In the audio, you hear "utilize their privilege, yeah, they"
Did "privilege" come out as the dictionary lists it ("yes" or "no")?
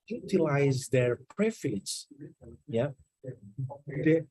no